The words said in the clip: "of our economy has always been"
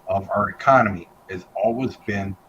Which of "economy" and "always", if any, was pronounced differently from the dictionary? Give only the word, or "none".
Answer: none